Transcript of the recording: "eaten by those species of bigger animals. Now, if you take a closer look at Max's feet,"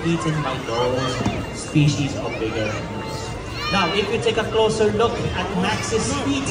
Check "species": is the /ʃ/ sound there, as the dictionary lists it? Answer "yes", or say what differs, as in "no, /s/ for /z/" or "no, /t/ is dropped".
yes